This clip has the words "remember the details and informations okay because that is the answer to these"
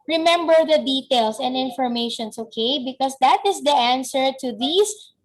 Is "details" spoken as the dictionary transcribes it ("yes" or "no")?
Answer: no